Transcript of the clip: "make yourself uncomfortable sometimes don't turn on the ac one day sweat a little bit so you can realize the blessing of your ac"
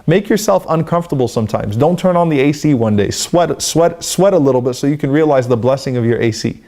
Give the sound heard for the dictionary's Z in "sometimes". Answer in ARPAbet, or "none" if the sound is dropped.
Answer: Z